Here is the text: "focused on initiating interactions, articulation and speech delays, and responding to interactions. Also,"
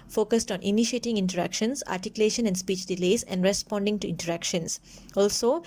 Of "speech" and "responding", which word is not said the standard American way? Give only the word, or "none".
none